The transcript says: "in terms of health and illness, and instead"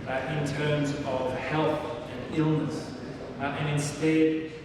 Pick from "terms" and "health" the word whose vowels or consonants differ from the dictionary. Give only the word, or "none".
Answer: none